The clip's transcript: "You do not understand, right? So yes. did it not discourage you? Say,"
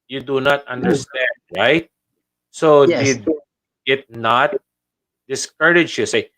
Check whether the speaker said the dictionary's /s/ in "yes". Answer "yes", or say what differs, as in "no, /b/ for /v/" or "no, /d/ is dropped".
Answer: no, /s/ is dropped